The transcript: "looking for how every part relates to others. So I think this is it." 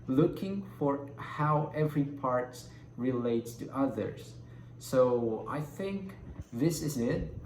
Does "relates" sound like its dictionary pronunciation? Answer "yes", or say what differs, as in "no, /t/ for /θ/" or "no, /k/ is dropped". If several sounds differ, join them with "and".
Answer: yes